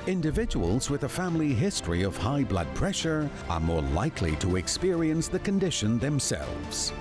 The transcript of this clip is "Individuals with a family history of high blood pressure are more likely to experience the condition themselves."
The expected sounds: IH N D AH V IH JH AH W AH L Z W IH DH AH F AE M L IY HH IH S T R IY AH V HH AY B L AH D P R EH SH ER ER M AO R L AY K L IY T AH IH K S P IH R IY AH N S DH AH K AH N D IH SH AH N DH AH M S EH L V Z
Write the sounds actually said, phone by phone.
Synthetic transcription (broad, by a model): IH N D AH V IH JH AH W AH L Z W IH DH AH F AE M L IY HH IH S T R IY AH V HH AY B L AH D P R EH SH ER ER M AO R L AY K L IY T AH IH K S P IH R IY AH N S DH AH K AH N D IH SH AH N DH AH M S EH L V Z